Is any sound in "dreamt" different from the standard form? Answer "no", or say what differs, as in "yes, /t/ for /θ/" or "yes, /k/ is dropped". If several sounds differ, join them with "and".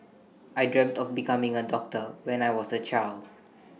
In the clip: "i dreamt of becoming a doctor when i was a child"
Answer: no